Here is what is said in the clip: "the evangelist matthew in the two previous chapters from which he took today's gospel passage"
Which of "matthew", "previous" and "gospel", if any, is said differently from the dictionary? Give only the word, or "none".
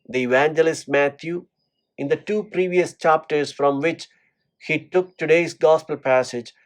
matthew